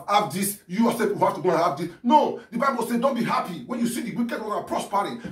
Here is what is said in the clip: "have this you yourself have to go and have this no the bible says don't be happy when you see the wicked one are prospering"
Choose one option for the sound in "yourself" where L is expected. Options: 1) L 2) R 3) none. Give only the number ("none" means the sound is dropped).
3